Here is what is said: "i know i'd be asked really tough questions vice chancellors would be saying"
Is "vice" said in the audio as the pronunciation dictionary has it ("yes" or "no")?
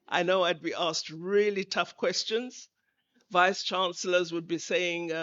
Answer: yes